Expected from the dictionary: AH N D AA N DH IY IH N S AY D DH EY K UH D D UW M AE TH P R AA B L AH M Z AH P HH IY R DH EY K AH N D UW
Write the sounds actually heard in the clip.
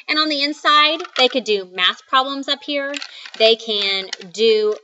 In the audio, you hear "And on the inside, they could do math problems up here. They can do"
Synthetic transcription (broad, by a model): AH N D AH N DH IY IH N S AY D DH EY K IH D D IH M AE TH P R AA B L AH M Z AH P HH IY R DH EY K AH N D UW